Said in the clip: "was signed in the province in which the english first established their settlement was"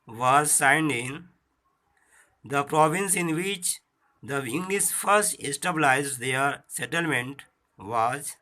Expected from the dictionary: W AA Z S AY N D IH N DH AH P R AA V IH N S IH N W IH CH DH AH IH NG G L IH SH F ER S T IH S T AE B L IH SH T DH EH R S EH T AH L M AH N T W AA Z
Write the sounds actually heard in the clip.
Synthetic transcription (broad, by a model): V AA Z S AY N D IH N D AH P R AA V IH N S IH N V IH CH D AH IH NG G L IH S F ER S T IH S T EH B L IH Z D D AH R S EH T AH L M AH N T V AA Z